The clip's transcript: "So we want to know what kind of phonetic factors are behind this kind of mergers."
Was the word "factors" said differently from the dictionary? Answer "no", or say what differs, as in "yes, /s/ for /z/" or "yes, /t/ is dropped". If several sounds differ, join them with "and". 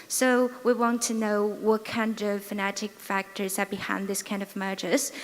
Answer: no